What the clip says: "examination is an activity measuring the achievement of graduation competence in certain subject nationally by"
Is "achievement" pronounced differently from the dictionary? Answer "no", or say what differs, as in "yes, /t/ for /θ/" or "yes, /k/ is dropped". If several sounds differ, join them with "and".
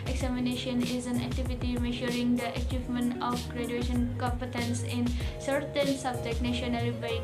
no